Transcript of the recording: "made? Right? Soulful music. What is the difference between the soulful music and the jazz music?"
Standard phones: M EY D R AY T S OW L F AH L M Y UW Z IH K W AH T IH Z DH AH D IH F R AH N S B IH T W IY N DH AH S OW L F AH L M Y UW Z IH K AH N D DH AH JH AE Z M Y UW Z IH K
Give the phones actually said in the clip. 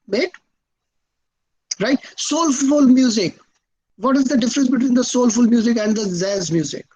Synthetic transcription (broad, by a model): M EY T R AY T S OW L F AH L M Y UW Z IH K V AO T IH Z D AH D IH F R AH N S B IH T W IY N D AH S OW L F AH L M Y UW Z IH K AH N D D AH Z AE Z M Y UW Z IH K